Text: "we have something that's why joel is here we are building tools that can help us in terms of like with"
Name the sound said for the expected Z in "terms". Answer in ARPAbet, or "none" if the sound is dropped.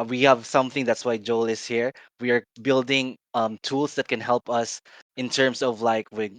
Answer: S